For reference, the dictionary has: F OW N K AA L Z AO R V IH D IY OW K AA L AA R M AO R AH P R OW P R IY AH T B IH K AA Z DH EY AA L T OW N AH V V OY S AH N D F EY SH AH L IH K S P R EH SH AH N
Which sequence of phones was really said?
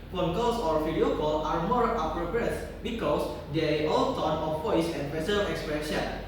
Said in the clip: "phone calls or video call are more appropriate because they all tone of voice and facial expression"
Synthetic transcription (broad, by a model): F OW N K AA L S AO R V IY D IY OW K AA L AA R M AO R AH P R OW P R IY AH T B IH K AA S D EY AA L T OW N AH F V OY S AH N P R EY S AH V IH K S P R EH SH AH N